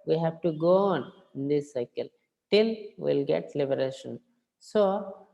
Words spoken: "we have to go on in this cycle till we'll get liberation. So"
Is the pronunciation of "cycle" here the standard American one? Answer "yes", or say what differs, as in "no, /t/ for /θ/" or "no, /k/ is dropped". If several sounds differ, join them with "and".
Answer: yes